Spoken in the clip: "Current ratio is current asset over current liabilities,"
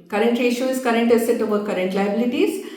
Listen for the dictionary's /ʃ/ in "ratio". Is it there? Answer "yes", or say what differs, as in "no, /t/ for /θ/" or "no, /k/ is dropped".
no, /ʃ/ is dropped